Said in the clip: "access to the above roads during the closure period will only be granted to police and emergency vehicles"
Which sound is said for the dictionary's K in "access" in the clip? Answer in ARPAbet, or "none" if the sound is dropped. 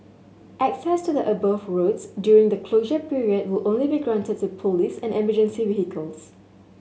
K